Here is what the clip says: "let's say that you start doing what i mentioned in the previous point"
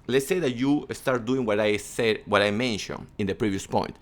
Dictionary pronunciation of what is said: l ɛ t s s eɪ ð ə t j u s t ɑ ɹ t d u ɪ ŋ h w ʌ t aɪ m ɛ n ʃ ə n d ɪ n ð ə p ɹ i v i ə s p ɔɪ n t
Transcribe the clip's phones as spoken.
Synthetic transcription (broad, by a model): l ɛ t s s eɪ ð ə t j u s t ɑ ɹ t d u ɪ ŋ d w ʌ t aɪ m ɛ n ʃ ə n ɪ n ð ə p ɹ i v i ə s p ɔɪ n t